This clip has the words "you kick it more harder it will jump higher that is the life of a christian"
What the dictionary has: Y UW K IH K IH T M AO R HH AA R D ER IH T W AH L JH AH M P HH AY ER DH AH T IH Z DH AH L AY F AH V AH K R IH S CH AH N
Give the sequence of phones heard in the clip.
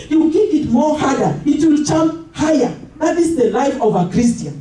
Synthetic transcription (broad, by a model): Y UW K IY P IH T M AO HH AA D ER IH T W AH L CH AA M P HH AY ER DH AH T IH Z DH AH L AY F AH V AH K R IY S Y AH N